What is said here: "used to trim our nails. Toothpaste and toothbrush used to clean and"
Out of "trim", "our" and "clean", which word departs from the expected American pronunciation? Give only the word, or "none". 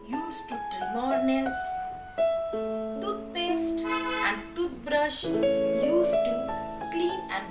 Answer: trim